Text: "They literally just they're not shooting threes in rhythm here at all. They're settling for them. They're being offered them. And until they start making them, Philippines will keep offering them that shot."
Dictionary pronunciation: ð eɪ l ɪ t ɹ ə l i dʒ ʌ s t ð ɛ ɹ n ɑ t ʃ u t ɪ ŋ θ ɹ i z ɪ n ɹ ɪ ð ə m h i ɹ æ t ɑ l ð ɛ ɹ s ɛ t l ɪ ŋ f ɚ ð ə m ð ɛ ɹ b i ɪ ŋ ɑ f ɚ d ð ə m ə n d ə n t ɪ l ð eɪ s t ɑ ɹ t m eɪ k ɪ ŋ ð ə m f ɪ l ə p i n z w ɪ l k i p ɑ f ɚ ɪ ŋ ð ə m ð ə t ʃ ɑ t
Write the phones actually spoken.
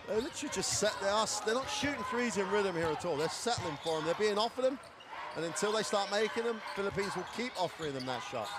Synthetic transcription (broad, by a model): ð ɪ l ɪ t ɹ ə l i dʒ ʌ s t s ɛ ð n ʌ t ʃ u t ɪ ŋ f ɹ i z ɪ n ɹ ɪ ð ə m h i ɹ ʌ t ɑ l ð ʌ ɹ s ɛ t l ɪ ŋ f ɚ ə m ð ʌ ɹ b i ɪ ŋ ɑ f ɚ ð ə m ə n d ə n t ɪ l ð eɪ s t ɑ ɹ t m eɪ k ɪ ŋ ð ə m f ɪ l ə p i n z w ɪ l k i p ɑ f ɚ ɪ ŋ ð ə m ð ə t ʃ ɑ t